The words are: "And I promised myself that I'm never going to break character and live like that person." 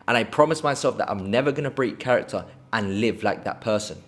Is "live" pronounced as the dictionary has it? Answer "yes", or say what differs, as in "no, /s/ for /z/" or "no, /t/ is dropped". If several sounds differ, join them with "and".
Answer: yes